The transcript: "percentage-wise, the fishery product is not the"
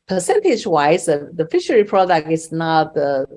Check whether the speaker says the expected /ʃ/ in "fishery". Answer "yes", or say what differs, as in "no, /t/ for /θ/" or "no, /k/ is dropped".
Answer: yes